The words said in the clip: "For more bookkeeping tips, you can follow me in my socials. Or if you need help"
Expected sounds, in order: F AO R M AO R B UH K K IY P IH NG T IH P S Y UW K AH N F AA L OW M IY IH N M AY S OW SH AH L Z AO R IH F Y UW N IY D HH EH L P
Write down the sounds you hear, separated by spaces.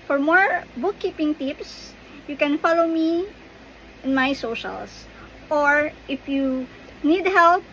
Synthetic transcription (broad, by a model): F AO R M AO R B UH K K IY P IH NG T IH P S Y UW K AH N F AA L OW M IY IH N M AY S OW SH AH L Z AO R IH F Y UW N IY D HH EH L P